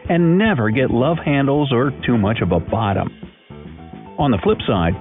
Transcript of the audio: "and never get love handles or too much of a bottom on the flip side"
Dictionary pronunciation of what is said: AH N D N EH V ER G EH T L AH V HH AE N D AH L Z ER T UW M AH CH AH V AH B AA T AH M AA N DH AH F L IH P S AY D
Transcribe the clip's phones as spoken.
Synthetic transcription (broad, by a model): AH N N EH V ER G EH T L AH V HH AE N D L Z ER T UW M AH CH AH V AH B AA T AH M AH N DH AH F L IH P S AY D